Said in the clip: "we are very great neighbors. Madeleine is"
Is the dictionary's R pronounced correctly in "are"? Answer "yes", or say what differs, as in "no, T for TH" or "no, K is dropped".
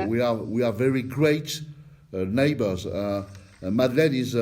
no, W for R